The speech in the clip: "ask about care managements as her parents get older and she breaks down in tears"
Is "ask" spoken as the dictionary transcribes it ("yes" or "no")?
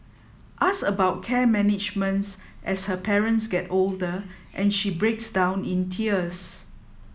no